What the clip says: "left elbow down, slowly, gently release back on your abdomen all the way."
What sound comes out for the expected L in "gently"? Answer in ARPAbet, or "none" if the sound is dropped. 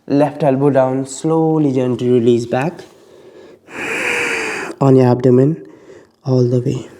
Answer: none